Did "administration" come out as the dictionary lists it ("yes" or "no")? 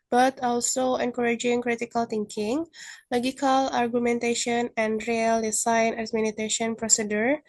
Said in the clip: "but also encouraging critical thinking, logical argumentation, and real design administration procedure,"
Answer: no